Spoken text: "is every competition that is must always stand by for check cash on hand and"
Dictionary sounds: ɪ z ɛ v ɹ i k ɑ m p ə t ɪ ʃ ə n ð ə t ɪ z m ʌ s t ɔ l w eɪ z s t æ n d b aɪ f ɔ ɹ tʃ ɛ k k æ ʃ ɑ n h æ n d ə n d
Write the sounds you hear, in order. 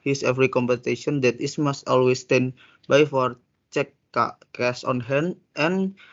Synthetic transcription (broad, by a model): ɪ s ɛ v ɹ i k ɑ m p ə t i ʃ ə n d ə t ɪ s m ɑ s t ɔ l w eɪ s t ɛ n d b aɪ f ɔ ɹ tʃ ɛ k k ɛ s ɑ n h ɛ n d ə n